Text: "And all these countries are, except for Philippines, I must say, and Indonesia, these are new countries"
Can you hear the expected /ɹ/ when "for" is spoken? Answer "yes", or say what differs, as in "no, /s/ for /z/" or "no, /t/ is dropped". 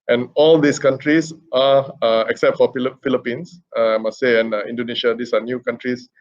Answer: no, /l/ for /ɹ/